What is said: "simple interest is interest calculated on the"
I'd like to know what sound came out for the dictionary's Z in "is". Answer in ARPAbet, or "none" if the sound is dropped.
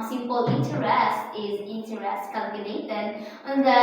Z